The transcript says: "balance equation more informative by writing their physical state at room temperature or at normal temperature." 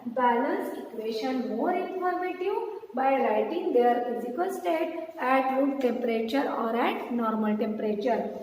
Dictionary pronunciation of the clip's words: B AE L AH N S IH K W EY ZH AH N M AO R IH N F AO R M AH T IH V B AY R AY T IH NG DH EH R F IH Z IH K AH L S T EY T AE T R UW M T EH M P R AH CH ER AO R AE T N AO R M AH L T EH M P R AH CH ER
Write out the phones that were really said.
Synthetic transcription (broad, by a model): B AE L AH N S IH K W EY SH AH N M AO R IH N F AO R M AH T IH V B AY L AY T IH NG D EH R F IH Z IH K AH L S T EY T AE T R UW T T EH M P R AH CH ER AO R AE T N AO R M AH L T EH M P R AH CH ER